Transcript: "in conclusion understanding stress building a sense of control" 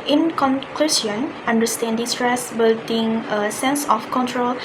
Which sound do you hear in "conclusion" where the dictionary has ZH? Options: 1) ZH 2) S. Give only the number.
2